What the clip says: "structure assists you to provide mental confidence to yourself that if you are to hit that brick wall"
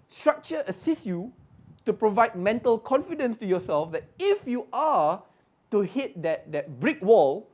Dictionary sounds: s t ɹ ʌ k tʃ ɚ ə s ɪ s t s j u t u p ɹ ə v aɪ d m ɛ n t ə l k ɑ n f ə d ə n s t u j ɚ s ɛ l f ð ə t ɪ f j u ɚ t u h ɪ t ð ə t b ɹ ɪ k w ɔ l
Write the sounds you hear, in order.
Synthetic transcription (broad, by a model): s t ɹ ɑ k tʃ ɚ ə s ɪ s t j u t u p ɹ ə v aɪ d m ɛ n t ə l k ɑ n f ə d ə n s t u j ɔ s ɛ l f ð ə t ɪ f j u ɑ t u h ɪ t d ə t b ɹ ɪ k w ɔ l